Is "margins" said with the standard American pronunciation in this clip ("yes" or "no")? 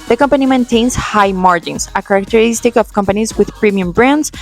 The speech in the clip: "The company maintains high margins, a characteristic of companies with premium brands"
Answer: no